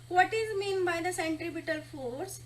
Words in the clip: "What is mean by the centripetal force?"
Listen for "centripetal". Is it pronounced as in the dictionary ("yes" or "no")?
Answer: no